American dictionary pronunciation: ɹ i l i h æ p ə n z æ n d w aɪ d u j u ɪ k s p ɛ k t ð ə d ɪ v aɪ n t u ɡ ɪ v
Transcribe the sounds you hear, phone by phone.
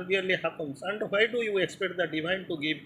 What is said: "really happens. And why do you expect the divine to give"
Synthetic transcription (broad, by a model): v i l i h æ p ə n s æ n d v aɪ d u j u ɪ k s p ɛ k t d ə d ɪ v aɪ n t u ɡ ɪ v